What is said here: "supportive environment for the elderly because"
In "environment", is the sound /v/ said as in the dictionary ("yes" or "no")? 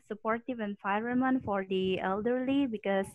no